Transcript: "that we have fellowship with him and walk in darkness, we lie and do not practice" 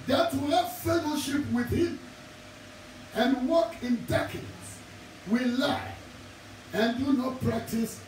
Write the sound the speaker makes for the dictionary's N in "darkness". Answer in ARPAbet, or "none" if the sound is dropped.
none